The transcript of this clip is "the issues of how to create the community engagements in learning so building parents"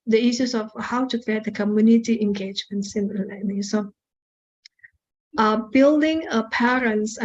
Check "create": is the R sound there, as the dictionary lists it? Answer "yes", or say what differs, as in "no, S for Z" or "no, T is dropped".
yes